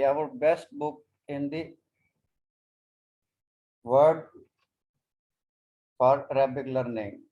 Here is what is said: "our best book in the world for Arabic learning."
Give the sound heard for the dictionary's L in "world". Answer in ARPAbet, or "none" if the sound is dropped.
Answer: none